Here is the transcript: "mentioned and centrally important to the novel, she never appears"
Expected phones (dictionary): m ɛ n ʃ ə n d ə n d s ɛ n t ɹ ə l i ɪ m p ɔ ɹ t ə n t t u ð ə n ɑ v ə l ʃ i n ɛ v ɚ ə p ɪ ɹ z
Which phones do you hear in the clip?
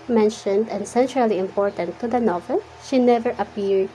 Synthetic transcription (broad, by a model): m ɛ n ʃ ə n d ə n s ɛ n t ɹ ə l i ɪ m p ɔ ɹ t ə n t t u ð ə n ɑ v ə l ʃ i n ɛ v ɚ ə p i ɹ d